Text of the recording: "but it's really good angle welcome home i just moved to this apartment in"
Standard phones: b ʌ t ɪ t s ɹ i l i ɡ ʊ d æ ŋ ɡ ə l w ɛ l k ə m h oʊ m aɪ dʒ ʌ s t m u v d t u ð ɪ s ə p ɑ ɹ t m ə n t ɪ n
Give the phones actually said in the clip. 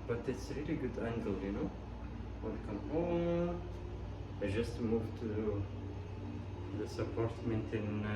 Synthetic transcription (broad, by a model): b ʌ t ɪ t s ɹ i l i ɡ ʊ d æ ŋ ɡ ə l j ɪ n k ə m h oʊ aɪ dʒ ʌ s t m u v t u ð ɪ s ə p ɑ ɹ t m ə n t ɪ n